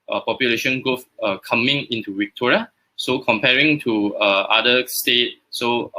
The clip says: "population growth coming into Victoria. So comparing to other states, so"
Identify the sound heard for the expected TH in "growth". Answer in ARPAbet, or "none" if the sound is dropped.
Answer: F